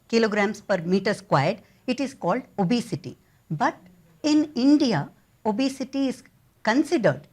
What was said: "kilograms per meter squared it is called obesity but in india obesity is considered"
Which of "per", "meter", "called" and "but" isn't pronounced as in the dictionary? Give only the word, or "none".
none